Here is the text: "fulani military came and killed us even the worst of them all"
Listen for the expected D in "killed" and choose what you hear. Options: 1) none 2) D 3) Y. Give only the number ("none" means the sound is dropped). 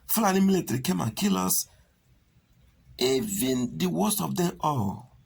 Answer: 1